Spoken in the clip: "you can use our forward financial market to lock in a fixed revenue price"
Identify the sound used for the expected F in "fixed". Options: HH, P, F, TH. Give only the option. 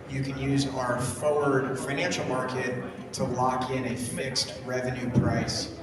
F